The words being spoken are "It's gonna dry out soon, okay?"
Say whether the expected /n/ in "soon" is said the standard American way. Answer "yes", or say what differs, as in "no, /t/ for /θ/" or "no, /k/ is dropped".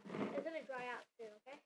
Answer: no, /n/ is dropped